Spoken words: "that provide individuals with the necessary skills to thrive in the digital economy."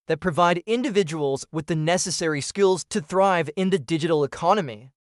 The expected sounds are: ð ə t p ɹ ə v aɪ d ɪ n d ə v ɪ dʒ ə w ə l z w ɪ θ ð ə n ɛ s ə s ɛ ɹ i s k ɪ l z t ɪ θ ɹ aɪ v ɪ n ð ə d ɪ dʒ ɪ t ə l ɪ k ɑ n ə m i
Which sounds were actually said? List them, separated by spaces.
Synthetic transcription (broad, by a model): ð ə t p ɹ ə v aɪ d ɪ n d ə v ɪ dʒ ə w ə l z w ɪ ð ə n ɛ s ə s ɛ ɹ i s k ɪ l z t ɪ θ ɹ aɪ v ɪ n ð ə d ɪ dʒ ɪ t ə l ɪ k ɑ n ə m i